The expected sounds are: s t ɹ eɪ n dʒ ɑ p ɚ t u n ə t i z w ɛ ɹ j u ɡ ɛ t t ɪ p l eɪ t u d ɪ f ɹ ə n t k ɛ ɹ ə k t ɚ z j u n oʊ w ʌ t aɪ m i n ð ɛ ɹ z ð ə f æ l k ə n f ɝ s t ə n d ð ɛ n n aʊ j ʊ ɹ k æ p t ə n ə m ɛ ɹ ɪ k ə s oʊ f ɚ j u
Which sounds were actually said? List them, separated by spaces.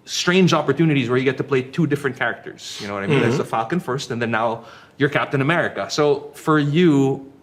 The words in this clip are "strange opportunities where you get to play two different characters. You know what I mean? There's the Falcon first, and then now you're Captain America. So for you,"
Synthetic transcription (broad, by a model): s t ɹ eɪ n dʒ ɑ p ɚ t u n ə t i z w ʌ ɹ j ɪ ɡ ɛ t t ɪ p l eɪ t u d ɪ f ɹ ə n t k ɛ ɹ ə k t ɚ z j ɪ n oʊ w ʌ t aɪ m i n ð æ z ð ə f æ l k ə n f ɝ s t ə n ð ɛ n n aʊ j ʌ ɹ k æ p t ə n ə m ɛ ɹ ɪ k ə s oʊ f ɚ j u